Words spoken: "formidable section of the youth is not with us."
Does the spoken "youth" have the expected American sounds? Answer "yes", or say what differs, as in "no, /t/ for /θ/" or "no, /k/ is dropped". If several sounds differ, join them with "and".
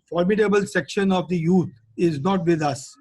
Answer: no, /t/ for /θ/